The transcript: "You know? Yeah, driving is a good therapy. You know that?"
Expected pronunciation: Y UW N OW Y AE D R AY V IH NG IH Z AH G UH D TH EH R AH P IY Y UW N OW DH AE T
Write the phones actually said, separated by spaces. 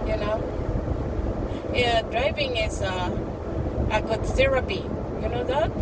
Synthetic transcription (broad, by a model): Y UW N OW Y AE D R AY V IH NG IH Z AH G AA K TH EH R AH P IY Y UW N OW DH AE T